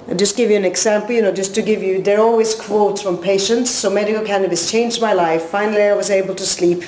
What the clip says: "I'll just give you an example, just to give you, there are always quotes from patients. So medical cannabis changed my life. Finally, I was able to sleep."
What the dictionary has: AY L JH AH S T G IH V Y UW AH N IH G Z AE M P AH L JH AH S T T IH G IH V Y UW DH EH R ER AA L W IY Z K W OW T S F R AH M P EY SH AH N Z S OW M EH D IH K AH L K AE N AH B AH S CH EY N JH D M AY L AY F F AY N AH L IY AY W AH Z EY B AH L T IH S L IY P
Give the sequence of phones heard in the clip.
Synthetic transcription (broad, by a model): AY JH AH S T G IH V Y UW AH N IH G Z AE M P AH N JH AH S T T IH G IH V Y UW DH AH R AA L W IY Z K W OW T S F R AH M P EY SH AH N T S OW M EH D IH K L K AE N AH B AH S CH EY N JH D M AY L AY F F AY N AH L IY AY W AH Z EY B AH L T IH S L IY P